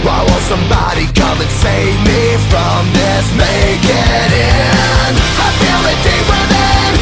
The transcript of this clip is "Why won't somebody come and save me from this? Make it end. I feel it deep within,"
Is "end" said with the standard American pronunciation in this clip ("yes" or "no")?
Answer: no